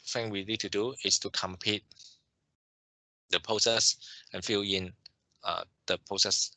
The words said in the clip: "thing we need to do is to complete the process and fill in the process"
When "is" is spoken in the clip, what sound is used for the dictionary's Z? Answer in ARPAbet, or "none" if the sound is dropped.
S